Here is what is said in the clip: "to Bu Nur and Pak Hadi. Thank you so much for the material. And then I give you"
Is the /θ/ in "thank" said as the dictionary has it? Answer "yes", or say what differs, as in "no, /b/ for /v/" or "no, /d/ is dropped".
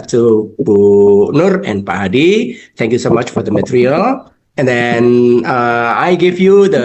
no, /t/ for /θ/